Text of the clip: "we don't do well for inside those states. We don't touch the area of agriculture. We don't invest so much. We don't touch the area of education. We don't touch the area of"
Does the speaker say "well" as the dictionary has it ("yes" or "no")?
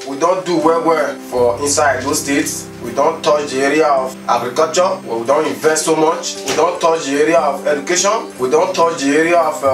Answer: no